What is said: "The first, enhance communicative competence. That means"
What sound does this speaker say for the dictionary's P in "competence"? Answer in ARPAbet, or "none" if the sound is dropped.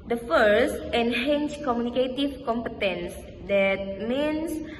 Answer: P